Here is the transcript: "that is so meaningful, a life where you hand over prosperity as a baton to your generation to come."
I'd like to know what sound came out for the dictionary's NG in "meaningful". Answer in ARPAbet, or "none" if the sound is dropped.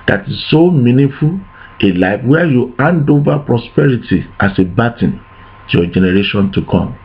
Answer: none